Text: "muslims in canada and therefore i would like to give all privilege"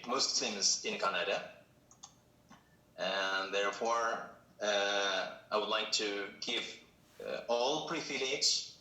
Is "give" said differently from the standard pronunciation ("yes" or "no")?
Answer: no